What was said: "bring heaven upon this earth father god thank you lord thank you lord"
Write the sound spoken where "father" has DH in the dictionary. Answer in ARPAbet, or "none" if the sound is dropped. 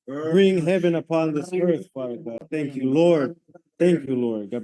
none